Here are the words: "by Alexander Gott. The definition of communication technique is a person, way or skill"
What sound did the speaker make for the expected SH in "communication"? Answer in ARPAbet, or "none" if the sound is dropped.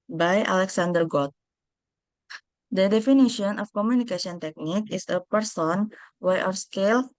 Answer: S